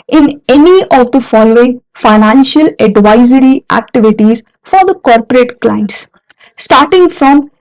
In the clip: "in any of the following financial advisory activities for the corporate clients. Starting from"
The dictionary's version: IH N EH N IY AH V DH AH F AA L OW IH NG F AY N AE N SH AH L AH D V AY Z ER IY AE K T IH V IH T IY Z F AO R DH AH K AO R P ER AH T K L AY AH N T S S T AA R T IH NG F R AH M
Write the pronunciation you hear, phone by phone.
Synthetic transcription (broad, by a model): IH N EH N IY AH V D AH F AA L OW IH NG F AY N AE N SH AH L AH D V AY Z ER IY AE K T IH V IH T IY Z F AO R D AH K AO R P ER AH T K L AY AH N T S S T AA R T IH NG F R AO M